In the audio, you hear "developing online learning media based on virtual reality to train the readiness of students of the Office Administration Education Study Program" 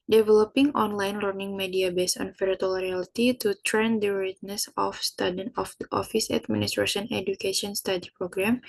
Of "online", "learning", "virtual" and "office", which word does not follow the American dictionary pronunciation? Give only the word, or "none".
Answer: virtual